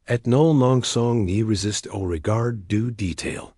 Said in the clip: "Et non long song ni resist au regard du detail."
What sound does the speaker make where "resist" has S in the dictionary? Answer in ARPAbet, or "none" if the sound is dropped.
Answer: S